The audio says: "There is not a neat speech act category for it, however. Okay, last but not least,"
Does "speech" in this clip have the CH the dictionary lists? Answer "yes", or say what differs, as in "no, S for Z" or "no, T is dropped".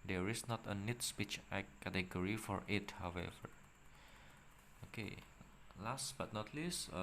yes